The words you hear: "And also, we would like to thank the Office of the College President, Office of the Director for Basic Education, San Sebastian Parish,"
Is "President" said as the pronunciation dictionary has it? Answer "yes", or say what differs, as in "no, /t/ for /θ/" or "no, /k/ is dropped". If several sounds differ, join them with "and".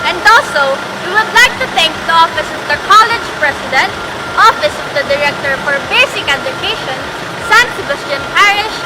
no, /s/ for /z/